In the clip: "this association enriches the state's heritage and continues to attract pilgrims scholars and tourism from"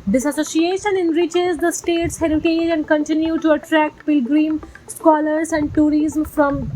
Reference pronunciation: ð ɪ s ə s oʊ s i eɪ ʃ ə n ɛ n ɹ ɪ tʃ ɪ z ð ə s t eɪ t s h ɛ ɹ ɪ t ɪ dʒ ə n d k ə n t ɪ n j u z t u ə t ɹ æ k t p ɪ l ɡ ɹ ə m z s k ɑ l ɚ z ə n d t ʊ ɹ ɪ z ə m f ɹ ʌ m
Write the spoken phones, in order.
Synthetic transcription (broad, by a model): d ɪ s ə s oʊ s i eɪ ʃ ə n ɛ n ɹ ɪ tʃ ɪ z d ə s t eɪ t s h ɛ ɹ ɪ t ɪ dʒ ə n d k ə n t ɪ n j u t u ə t ɹ æ k t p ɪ l ɡ ɹ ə m s k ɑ l ɚ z ə n d t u ɹ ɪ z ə m f ɹ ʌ m